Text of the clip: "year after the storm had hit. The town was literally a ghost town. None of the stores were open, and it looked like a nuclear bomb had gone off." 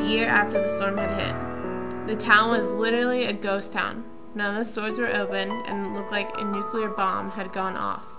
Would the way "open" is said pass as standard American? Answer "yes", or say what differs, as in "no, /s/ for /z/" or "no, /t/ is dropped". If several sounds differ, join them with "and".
no, /p/ is dropped